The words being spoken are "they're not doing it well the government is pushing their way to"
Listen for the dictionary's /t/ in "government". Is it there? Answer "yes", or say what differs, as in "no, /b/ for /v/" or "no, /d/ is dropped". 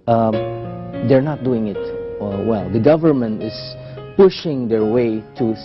yes